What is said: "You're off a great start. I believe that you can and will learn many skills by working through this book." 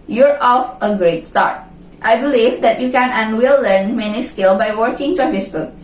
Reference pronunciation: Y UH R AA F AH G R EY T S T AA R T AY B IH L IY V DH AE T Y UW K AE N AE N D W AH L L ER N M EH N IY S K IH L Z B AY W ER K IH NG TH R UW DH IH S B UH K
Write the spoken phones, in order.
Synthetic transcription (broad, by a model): Y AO R AA F AH G R EY T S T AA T T AY B IH L IY V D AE T Y UW K AE N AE N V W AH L L ER N M EH N IY S K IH L B AY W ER K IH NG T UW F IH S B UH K